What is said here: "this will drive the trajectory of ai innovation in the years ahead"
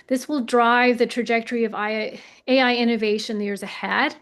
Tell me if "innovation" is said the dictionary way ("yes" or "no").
no